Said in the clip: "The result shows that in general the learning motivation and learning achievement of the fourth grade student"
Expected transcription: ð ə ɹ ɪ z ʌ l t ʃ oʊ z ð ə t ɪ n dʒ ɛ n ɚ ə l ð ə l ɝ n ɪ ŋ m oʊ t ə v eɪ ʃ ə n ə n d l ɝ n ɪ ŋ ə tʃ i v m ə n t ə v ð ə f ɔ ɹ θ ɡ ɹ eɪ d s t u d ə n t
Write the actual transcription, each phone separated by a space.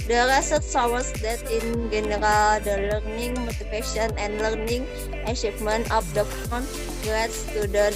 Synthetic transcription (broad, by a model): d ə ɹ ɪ s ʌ t s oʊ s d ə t ɪ n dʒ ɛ n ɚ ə l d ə l ɝ n ɪ ŋ m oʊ t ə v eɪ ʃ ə n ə n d l ɝ n ɪ ŋ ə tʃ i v m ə n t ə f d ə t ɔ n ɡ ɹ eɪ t s t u d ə n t